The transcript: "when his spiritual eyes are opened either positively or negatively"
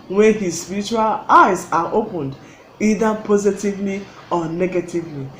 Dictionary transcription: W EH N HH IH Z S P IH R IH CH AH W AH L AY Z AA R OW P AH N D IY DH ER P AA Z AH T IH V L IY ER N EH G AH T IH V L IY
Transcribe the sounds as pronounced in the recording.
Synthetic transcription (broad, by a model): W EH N HH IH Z S P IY R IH CH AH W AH L AY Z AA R OW P AH N D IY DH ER P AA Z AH T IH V L IY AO N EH G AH T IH V L IY